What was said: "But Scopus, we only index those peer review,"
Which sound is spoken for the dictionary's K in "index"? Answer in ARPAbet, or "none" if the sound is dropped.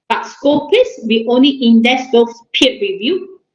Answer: none